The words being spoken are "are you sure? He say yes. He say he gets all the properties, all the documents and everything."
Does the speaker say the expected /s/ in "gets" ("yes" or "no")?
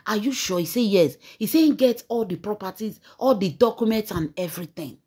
no